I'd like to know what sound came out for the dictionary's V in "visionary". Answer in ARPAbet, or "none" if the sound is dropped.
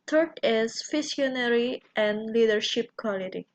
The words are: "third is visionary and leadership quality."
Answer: F